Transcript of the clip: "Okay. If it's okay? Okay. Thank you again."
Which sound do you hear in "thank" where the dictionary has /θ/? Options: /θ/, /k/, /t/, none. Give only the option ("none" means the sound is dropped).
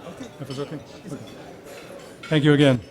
/θ/